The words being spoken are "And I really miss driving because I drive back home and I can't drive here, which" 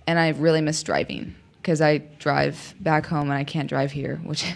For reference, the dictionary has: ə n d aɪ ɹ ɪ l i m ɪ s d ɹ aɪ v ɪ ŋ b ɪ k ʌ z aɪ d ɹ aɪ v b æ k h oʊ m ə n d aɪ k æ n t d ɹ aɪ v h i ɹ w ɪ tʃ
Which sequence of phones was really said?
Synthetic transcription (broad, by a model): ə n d aɪ ɹ ɪ l i m ɪ s d ɹ aɪ v ɪ ŋ k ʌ z aɪ d ɹ aɪ v b æ k h oʊ m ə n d aɪ k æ n d ɹ aɪ v h i ɹ w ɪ tʃ